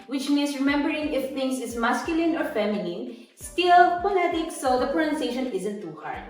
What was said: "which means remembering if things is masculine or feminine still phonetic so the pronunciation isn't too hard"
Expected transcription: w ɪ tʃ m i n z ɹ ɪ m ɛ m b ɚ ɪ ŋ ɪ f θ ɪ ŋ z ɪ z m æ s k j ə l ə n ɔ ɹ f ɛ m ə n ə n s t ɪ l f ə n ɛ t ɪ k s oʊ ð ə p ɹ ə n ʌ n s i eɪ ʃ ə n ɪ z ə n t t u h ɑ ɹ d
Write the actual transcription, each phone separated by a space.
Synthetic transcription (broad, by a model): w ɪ tʃ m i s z ɹ ɪ m ɛ m b ɚ ɪ ŋ ɪ f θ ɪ ŋ s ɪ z m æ s k j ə l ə n ɔ ɹ f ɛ m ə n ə n s t ɪ l p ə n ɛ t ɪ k s oʊ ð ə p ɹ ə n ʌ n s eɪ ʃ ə n ɪ z ə n t t u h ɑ ɹ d